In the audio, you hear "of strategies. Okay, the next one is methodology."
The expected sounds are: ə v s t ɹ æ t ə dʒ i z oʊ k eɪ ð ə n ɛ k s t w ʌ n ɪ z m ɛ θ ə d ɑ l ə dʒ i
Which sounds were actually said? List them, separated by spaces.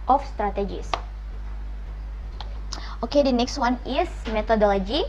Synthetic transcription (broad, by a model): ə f s t ɹ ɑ t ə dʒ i s oʊ k eɪ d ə n ɛ k s t w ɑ n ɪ s m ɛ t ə d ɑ l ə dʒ i